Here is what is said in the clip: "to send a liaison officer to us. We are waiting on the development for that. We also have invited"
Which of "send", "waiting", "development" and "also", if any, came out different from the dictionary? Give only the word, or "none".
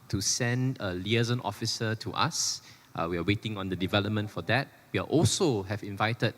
none